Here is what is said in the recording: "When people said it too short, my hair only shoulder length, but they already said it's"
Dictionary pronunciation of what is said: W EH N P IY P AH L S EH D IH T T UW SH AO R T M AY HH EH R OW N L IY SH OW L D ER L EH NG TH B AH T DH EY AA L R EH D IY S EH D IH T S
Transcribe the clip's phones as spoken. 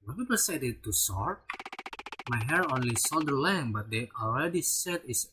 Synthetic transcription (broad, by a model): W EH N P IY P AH S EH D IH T T UW S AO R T M AY HH EH R OW N L IY S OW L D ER L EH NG B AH T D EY AA L R EH D IY S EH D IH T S